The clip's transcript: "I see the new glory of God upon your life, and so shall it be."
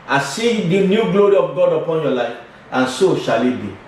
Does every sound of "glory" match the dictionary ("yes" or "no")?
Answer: yes